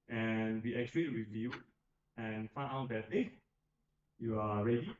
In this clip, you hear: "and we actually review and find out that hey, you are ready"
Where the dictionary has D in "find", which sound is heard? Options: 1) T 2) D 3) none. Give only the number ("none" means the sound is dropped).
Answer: 3